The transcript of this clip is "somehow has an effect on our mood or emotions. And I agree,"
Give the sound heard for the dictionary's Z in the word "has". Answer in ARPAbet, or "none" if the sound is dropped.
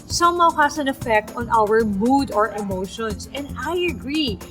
S